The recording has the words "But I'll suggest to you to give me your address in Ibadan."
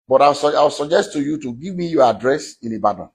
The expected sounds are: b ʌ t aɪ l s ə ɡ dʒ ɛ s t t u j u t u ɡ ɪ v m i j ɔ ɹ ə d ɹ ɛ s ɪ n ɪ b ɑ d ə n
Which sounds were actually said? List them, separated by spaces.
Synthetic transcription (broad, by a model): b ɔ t aɪ w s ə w dʒ ɛ s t t u j u t u ɡ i v m i j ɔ ə d ɹ ɛ s ɪ n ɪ b ɑ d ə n